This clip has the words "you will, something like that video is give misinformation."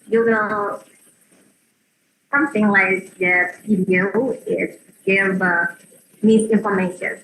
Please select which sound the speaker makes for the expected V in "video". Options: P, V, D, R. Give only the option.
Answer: P